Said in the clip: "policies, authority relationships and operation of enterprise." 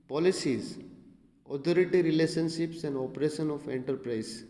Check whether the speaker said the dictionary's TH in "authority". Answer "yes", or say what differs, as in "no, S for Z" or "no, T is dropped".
no, T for TH